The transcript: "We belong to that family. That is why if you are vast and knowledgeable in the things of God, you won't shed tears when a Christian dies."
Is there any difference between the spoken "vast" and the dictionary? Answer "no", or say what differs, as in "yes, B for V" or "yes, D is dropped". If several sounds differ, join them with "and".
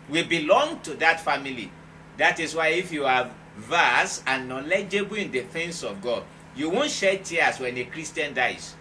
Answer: yes, T is dropped